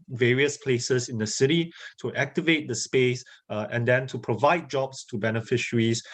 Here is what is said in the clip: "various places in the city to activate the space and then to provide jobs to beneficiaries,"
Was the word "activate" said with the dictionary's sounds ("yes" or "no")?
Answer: yes